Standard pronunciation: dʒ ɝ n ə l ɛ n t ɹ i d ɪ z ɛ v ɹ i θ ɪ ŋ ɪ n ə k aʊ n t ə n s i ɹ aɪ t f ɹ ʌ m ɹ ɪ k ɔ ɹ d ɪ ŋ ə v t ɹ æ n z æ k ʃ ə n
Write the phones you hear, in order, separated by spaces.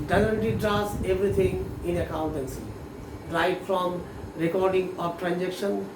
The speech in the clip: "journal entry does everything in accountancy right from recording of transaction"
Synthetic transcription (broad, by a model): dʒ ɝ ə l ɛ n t i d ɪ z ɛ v ɹ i t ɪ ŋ ɪ n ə k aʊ n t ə n s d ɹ aɪ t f ɹ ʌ m ɹ ɪ k ɔ ɹ d ɪ ŋ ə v t ɹ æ n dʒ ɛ k ʃ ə n